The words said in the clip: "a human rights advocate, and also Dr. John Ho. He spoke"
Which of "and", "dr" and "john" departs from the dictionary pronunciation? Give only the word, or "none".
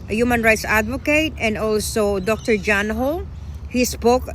none